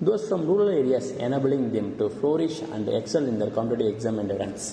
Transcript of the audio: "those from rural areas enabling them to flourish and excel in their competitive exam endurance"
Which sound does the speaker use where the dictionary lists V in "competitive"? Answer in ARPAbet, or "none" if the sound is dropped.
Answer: none